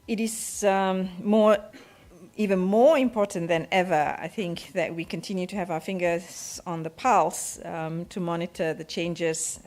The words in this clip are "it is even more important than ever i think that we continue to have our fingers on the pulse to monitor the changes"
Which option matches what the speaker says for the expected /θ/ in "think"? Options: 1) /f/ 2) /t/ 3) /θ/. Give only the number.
3